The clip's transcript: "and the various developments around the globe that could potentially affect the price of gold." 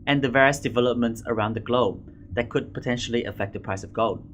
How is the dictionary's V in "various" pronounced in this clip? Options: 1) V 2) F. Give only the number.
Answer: 1